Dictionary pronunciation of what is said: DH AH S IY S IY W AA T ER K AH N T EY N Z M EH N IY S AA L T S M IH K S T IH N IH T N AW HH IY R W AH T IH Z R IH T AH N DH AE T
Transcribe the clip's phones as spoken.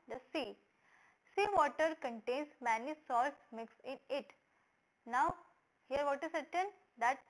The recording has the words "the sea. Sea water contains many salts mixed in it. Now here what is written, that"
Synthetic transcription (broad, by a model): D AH S IY S IY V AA T ER K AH N T EY N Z M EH N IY S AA L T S M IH K S IH N IH T N AW HH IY R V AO T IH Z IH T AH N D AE T